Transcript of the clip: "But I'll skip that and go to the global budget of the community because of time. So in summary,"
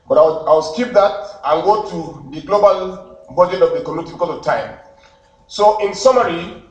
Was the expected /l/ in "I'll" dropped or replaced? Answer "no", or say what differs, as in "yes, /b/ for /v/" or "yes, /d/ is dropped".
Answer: yes, /w/ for /l/